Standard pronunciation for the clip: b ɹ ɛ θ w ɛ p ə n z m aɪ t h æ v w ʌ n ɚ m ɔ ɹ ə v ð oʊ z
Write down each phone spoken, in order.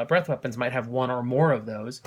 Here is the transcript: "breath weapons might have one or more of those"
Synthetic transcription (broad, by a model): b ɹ ɛ θ w ɛ p ə n z m aɪ t h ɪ v w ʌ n ɚ m ɔ ɹ ə v ð oʊ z